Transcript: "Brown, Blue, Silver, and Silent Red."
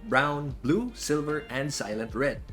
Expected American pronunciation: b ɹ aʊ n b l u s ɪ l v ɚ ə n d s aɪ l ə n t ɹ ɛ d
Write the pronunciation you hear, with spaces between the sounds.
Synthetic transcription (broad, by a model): b ɹ aʊ n b l u s ɪ l v ɚ ə n d s aɪ l ə n t ɹ ɛ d